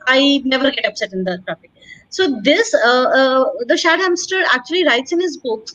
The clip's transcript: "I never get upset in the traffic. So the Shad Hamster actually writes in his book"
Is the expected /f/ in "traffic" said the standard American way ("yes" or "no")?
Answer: no